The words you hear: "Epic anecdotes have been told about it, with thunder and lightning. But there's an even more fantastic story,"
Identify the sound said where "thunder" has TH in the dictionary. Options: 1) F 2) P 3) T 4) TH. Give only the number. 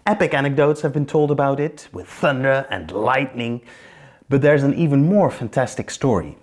4